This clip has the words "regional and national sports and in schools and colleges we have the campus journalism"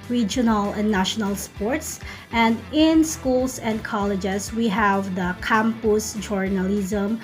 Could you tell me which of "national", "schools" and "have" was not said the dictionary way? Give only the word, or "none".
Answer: schools